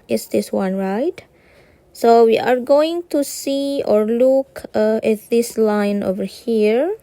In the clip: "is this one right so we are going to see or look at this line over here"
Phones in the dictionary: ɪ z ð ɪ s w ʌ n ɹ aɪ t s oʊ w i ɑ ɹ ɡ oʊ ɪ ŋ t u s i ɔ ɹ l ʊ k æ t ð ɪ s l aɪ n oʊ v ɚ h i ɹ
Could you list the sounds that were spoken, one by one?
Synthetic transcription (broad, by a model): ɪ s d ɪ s w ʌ n ɹ aɪ t s oʊ w i ɑ ɹ ɡ oʊ ɪ ŋ t u s i ɔ ɹ l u k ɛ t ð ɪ s l aɪ n oʊ v ɚ h i ɹ